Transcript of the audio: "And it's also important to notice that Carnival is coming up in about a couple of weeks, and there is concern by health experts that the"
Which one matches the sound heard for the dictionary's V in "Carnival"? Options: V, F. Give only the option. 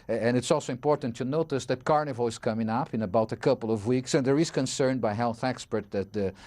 V